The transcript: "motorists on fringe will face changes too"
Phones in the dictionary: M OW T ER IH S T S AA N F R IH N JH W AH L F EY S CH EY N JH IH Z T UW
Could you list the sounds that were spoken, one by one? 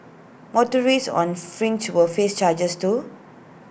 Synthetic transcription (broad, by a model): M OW T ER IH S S AA N F R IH N CH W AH F EY S CH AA JH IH S T UW